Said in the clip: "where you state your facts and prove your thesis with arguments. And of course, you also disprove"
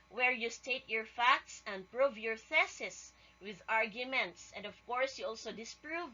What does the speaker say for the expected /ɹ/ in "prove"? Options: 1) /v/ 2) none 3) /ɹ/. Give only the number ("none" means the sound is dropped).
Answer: 3